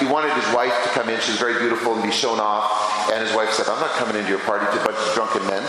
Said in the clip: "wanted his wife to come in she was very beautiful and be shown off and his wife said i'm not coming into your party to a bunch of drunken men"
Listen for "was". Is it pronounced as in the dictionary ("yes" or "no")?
yes